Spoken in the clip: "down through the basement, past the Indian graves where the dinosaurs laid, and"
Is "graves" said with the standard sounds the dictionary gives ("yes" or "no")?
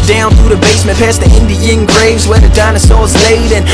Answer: yes